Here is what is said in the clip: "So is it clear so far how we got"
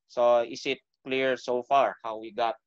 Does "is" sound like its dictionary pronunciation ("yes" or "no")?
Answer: no